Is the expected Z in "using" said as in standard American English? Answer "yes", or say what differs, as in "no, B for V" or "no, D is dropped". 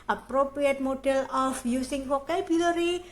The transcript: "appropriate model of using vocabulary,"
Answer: no, S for Z